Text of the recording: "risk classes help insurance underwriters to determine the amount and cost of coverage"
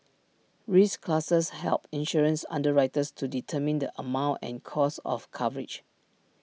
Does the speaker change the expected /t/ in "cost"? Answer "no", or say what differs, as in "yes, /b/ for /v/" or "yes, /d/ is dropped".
yes, /t/ is dropped